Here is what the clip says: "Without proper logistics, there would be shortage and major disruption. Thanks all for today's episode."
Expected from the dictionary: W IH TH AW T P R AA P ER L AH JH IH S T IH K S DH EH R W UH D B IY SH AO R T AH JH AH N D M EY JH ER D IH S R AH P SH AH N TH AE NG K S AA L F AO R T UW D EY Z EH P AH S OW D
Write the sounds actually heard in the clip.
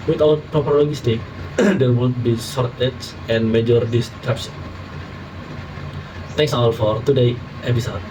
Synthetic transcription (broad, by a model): W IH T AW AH P R AA P ER L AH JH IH S T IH K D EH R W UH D B IY S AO R T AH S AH N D M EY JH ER D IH S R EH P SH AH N T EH NG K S AA L F AO R T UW D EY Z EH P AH S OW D